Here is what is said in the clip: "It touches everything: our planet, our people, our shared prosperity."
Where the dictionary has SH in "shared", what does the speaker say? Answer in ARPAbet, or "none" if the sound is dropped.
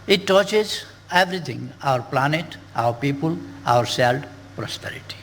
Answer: S